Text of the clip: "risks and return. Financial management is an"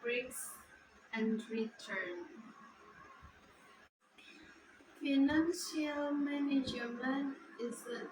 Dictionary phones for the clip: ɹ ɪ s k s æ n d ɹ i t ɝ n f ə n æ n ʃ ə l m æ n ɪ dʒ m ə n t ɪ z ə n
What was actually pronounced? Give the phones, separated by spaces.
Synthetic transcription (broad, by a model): ɹ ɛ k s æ n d ɹ i t ɝ n f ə n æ n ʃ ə l m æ n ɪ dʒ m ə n ɪ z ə